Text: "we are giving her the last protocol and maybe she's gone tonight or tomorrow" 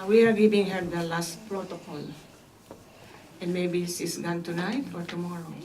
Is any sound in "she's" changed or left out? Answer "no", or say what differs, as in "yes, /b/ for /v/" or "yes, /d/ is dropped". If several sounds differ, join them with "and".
yes, /s/ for /ʃ/ and /s/ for /z/